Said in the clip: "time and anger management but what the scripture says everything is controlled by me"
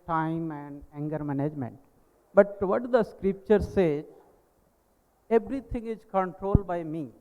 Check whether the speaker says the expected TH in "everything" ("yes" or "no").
no